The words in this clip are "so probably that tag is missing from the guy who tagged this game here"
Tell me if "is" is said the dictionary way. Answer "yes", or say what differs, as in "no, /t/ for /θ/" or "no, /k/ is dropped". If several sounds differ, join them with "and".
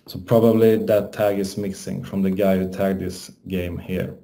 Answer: no, /s/ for /z/